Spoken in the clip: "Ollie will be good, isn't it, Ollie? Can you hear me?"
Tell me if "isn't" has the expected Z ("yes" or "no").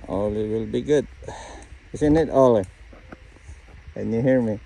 no